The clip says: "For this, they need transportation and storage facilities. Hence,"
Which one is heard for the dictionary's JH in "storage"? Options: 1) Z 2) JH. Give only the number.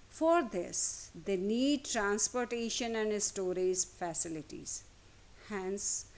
1